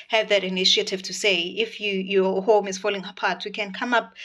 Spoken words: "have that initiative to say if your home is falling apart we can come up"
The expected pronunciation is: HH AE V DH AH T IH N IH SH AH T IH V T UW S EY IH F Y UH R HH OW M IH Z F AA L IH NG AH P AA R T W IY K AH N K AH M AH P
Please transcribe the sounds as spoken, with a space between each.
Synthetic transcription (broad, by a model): HH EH V DH AH T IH N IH SH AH T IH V T UW S EY IH F Y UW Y HH OW M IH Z F AA L IH NG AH P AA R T W IY K AH N K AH M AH P